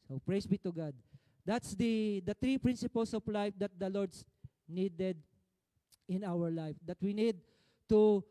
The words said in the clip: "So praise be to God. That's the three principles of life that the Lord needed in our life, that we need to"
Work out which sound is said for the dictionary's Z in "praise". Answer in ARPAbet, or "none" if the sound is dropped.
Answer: S